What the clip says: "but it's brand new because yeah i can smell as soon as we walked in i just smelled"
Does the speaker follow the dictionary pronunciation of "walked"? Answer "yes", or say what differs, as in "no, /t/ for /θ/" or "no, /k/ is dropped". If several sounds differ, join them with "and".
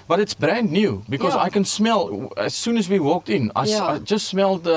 yes